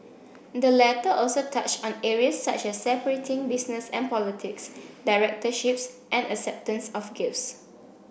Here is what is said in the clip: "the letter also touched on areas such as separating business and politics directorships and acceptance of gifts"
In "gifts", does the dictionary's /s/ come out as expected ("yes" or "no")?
yes